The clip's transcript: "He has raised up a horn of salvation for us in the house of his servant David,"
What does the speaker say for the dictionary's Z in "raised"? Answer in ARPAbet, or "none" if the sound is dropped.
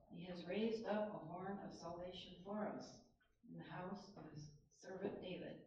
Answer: Z